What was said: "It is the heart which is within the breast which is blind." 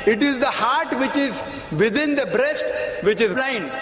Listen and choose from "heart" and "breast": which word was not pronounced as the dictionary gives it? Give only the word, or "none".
none